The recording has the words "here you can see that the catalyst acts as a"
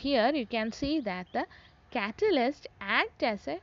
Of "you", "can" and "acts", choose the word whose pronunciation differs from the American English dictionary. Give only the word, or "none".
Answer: acts